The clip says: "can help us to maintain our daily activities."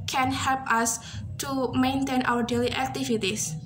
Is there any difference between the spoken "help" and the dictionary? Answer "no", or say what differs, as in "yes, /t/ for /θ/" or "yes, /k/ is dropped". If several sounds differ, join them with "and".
no